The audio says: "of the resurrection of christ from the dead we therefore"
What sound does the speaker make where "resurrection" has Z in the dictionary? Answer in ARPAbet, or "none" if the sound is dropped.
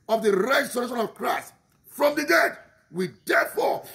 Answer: S